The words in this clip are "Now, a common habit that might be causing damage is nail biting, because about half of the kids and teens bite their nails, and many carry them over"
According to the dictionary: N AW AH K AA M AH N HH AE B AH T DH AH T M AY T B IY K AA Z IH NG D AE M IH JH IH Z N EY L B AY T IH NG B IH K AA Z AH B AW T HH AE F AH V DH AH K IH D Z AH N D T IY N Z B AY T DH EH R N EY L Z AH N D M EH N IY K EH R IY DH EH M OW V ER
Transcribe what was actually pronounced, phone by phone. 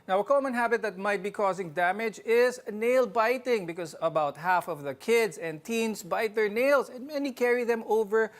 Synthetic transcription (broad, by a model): N AW AH K AA M AH N HH AE B AH T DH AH T M AY T B IY K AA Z IH NG D AE M IH JH IH Z N EY L B AY T IH NG B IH K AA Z AH B AW T HH AE F AH V DH AH K IH D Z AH N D T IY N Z B AY T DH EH R N EY L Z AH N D M EH N IY K EH R IY DH EH M OW V ER